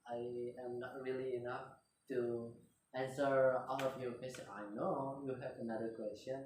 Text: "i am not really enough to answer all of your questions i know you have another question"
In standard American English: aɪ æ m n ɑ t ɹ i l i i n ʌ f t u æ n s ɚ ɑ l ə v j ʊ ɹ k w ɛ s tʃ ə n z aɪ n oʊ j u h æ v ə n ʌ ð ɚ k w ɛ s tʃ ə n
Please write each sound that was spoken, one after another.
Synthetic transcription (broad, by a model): aɪ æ m n ɑ t ɹ i l i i n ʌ f t u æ n s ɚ ɑ l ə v j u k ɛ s ə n aɪ n oʊ j u h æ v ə n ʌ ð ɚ k w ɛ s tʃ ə n